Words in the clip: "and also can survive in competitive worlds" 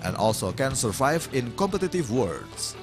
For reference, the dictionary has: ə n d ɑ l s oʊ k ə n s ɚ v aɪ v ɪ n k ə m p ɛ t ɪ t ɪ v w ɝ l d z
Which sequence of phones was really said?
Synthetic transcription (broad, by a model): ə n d ɑ l s oʊ k ə n s ɚ v aɪ v ɪ n k ə m p ɛ t ɪ t ɪ v w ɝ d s